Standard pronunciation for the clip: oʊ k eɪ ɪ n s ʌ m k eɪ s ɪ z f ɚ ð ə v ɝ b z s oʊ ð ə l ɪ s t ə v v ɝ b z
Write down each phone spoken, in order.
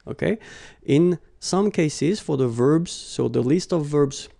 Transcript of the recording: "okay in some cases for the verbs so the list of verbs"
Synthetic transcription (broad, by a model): oʊ k eɪ ɪ n s ʌ m k eɪ s ɪ z f ɚ ð ə v ɝ b z s oʊ ð ə l ɪ s t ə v v ɝ b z